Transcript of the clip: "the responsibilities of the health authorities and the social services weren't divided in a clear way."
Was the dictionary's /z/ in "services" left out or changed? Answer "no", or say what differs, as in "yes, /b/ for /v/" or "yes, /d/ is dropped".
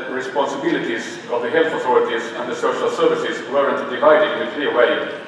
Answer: no